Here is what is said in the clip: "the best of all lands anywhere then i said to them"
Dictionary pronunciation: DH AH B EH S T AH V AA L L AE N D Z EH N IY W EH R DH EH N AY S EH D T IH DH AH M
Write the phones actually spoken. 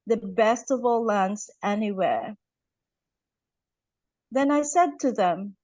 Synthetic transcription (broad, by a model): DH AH B EH S T AH V AA L L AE N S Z EH N IY W EH R DH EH N AY S EH D T IH DH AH M